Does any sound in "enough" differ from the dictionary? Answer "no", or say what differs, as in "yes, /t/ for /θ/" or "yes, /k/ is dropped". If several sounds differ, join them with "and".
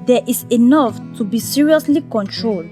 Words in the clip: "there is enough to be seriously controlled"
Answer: no